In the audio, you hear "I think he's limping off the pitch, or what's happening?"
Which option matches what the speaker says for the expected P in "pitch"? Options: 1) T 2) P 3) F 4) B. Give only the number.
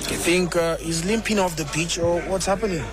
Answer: 4